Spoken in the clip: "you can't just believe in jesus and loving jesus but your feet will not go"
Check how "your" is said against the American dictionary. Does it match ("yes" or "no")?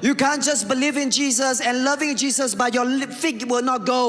no